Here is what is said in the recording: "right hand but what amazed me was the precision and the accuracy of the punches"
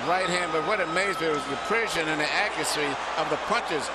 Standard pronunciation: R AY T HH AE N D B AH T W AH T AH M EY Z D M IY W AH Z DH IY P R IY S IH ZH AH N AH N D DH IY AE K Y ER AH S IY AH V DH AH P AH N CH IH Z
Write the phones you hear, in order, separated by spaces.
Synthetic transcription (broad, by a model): R AY T HH AE N D B AH T W AH T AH M EY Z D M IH W AH Z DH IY P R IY SH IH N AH N DH IY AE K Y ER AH S IY AH V DH AH P AH N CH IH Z